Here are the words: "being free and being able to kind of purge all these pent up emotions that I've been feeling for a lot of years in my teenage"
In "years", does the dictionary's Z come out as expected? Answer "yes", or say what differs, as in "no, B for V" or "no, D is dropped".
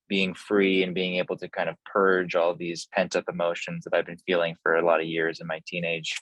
yes